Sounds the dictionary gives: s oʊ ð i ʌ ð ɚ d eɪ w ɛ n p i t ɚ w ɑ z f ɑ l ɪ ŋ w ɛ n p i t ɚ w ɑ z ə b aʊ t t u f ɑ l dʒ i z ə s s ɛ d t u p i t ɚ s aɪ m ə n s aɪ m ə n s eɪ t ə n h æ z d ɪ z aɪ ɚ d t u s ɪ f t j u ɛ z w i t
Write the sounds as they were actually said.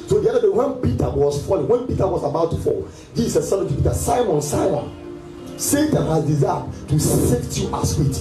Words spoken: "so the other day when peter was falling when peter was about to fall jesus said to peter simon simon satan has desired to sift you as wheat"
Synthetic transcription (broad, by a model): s oʊ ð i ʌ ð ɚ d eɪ w ɛ n p i t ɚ w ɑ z f ɑ l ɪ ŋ w ɛ n p i t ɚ w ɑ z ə b aʊ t t u f ɑ l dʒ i s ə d s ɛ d t u p i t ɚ s aɪ m ə n s aɪ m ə n s eɪ t ə n h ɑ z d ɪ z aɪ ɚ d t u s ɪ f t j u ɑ s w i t